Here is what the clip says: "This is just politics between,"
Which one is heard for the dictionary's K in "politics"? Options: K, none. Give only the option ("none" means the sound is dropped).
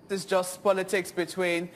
K